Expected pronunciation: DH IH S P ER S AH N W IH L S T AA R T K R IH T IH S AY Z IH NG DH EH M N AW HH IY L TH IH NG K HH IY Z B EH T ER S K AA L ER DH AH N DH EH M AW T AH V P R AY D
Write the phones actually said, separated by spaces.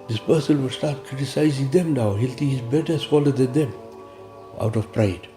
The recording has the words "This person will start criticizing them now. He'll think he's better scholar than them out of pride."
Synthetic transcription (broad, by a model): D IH S P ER S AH N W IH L S T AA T K R IH T IH S AY Z IH NG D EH M N AW HH IY L T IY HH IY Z B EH T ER S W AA L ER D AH N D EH M AW T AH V P R AY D